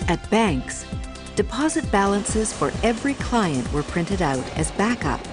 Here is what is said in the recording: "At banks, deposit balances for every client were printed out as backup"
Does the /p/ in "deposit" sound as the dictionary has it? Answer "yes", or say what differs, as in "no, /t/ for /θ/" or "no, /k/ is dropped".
yes